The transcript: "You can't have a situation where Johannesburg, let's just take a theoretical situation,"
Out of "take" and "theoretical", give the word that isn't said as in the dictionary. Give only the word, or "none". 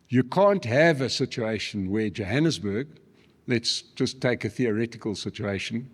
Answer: none